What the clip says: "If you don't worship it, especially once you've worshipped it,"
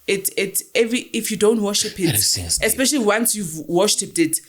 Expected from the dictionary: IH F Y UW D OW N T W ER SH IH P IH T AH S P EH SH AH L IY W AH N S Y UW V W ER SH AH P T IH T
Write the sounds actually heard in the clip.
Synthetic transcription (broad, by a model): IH F Y UW D OW N T W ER SH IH P IH T AH S P EH SH AH L IY W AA N S Y UW V W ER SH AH P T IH T